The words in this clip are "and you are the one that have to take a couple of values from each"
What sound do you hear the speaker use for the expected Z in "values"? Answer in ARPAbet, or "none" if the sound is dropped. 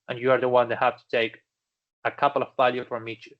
none